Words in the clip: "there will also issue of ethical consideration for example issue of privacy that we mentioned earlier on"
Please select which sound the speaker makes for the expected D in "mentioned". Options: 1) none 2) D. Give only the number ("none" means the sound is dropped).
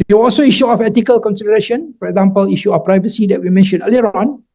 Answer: 1